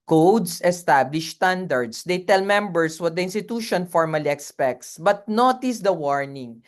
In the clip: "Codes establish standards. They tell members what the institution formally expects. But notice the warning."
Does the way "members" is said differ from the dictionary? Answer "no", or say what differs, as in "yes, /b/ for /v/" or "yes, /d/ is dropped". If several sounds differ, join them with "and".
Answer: yes, /s/ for /z/